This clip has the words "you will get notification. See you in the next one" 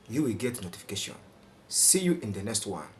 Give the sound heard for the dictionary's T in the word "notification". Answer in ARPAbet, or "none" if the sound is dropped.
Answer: T